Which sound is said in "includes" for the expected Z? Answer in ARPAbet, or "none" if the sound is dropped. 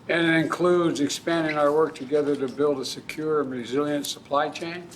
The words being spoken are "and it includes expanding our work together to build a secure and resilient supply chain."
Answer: Z